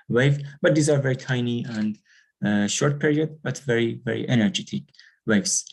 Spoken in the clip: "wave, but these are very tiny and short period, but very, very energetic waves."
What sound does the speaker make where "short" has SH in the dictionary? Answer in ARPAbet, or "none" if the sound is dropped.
SH